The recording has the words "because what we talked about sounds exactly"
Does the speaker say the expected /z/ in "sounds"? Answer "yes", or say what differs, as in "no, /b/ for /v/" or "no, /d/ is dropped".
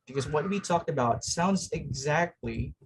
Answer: yes